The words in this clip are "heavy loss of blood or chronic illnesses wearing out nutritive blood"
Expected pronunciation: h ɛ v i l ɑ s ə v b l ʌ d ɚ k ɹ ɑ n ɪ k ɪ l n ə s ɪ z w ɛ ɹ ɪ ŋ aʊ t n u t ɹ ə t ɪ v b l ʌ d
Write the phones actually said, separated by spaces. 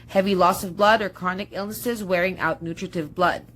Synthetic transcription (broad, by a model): h ɛ v i l ɑ s ə v b l ʌ d ɚ k ɹ n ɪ k ɪ l n ə s ɪ z w ɛ ɹ ɪ ŋ aʊ t n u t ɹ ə t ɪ v b l ʌ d